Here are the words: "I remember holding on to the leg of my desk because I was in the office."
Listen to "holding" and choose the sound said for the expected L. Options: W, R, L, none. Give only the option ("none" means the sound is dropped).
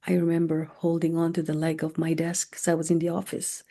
L